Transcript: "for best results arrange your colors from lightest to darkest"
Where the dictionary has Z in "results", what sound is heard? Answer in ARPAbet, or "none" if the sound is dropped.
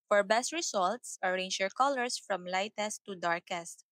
S